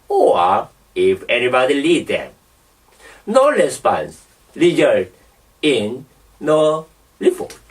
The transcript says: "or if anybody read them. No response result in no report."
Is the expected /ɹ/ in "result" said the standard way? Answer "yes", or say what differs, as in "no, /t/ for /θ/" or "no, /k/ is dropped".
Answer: no, /l/ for /ɹ/